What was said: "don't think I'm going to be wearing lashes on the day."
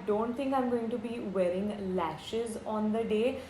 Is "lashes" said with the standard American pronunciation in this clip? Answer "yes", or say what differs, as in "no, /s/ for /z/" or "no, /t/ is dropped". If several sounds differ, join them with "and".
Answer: yes